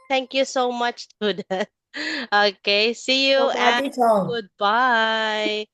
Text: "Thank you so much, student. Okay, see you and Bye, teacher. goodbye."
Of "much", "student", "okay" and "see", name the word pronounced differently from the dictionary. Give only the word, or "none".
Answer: student